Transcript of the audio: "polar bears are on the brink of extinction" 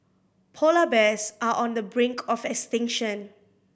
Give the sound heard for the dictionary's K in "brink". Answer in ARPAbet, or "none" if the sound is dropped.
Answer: K